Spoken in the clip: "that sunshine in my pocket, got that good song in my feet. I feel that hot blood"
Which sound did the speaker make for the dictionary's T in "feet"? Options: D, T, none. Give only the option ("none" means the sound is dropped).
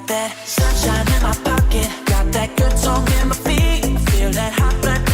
none